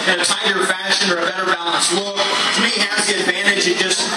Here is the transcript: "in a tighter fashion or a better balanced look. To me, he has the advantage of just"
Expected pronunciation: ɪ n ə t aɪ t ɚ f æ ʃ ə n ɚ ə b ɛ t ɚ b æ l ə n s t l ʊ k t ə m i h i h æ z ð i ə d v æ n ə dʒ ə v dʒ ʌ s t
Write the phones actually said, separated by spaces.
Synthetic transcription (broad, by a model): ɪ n ə t aɪ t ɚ f æ ʃ ə n ɚ ə b ɛ t ɚ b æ l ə n s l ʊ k t ə m i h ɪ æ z ð i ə d v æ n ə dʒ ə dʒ ʌ s t